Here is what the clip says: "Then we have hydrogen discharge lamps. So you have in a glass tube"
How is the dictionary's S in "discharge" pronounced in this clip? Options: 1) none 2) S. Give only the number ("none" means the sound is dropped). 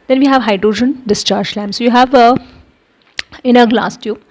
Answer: 2